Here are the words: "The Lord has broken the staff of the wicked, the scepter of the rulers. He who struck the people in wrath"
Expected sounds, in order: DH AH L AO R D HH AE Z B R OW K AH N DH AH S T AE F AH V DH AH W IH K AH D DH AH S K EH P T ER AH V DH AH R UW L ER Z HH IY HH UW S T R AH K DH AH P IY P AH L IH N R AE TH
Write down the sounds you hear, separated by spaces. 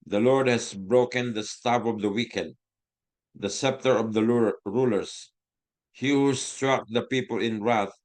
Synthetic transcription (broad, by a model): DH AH L AO R D HH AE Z B R OW K AH N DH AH S T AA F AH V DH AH W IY K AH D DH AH S EH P T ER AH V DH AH R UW L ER S HH IY HH UW S T R AH K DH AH P IY P AH L IH N R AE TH